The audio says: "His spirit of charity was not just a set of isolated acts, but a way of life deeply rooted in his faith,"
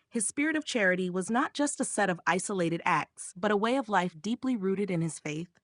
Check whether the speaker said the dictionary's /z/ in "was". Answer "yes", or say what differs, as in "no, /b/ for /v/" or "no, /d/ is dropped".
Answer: yes